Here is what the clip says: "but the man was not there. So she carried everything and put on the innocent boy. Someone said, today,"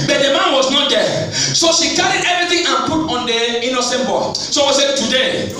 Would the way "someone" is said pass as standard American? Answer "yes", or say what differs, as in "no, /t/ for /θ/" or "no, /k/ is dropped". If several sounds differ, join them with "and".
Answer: no, /m/ is dropped